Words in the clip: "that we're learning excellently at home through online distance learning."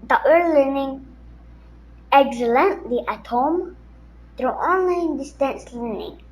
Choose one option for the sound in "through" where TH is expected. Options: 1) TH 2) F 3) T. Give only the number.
3